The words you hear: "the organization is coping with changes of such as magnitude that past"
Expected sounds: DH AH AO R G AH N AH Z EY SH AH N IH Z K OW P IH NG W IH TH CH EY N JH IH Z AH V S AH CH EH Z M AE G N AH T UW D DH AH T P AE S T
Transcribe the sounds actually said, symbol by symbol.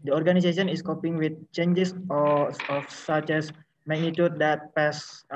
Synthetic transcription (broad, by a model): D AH AO R G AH N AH S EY S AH N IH S K OW P IH NG W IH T CH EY N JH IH S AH F S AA CH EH S M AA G N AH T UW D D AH T P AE S